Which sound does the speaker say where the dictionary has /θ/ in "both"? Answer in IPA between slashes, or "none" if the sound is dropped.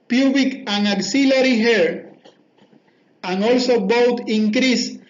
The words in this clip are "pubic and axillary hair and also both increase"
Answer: /t/